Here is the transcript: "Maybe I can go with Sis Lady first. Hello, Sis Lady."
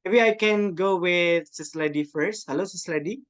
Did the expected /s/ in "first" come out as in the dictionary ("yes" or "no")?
yes